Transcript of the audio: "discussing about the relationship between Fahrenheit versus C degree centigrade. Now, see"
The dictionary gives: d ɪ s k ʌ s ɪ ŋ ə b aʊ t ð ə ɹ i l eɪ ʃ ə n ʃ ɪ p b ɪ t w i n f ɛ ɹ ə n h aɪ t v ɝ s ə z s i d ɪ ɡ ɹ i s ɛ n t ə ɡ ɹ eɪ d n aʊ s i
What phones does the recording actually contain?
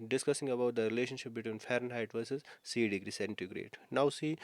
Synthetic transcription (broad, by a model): d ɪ s k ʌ s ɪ ŋ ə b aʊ t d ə ɹ i l eɪ ʃ ə n ʃ ɪ p b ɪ t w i n f ɛ ɹ ə n h aɪ t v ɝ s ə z s i d ɪ ɡ ɹ i s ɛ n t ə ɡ ɹ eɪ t n aʊ s i